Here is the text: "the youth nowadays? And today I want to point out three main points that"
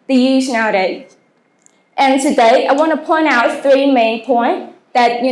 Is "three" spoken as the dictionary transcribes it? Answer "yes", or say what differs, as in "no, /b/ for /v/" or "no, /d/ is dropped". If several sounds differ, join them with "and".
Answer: yes